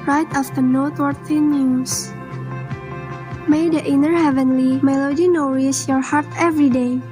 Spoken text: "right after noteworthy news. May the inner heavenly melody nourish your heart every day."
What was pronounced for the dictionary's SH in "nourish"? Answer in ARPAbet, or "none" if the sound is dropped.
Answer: S